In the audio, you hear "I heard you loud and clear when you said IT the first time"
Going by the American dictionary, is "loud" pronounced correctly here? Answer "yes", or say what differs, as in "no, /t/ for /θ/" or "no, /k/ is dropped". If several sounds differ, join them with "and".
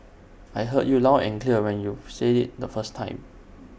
no, /d/ is dropped